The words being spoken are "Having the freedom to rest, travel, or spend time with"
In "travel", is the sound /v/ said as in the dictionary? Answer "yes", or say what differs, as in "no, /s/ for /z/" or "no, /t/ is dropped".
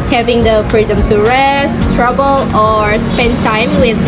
no, /b/ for /v/